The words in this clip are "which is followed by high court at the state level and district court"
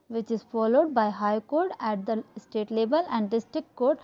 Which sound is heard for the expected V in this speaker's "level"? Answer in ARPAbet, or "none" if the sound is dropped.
B